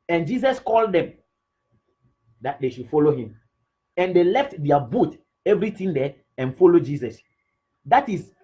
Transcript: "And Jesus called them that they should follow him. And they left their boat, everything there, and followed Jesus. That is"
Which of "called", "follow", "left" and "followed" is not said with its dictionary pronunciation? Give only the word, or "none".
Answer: none